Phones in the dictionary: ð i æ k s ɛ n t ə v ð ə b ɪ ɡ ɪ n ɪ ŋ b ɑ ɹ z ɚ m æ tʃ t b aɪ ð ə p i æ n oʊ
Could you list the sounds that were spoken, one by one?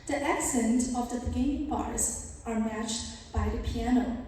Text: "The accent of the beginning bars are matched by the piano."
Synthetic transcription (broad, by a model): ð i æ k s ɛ n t ə v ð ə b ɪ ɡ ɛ ɪ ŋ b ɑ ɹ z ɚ m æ tʃ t b aɪ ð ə p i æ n oʊ